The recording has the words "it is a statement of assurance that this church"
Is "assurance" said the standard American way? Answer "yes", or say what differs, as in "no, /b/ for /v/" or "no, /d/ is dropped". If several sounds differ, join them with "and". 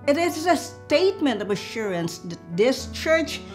yes